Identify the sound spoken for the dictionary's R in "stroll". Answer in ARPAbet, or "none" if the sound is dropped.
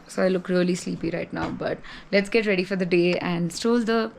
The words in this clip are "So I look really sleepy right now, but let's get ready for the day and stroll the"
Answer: none